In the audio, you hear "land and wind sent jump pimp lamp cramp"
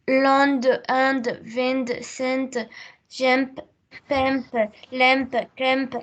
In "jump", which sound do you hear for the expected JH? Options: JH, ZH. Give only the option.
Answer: ZH